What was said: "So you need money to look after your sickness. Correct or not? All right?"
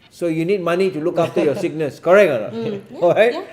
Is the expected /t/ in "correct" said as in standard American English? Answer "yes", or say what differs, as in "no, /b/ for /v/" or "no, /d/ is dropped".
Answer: no, /t/ is dropped